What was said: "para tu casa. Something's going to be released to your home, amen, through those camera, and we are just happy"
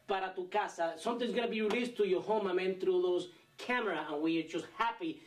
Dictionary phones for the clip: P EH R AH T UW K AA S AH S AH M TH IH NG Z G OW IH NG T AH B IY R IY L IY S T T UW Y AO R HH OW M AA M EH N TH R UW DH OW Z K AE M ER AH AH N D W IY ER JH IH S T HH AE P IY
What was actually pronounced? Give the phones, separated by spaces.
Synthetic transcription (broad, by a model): P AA R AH T UW K AA S AH S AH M T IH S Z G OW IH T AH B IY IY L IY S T T UW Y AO HH OW M AA M EH N T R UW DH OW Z K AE M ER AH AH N W IY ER JH IH S T HH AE P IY